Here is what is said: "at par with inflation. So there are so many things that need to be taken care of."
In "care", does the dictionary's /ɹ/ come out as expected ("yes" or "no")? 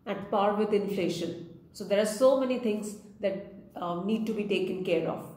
yes